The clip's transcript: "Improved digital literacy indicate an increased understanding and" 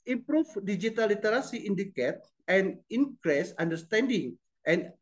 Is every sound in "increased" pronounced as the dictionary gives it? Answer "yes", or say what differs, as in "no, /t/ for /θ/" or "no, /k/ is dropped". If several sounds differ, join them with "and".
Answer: no, /t/ is dropped